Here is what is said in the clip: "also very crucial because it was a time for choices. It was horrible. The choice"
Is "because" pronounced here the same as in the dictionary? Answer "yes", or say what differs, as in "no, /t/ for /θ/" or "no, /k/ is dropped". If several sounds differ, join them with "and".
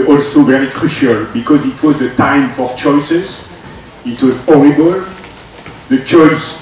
yes